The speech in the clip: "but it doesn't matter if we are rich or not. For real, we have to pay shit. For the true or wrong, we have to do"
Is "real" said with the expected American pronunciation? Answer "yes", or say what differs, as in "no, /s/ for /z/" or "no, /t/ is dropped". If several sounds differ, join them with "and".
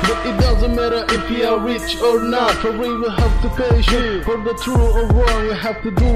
no, /w/ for /ɹ/